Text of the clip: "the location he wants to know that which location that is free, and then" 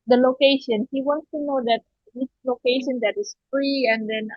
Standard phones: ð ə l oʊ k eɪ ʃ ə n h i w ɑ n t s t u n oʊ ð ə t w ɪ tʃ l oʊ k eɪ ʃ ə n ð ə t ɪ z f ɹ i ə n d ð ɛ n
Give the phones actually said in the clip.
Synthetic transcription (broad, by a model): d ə l oʊ k eɪ ʃ ə n h i w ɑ n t s t u n oʊ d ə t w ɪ s l oʊ k eɪ ʃ ə n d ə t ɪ s f ɹ i ə n d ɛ n